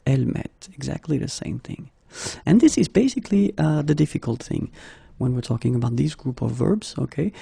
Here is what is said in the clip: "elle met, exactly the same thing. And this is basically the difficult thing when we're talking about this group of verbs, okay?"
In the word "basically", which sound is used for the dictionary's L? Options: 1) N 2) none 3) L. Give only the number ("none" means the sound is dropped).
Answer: 3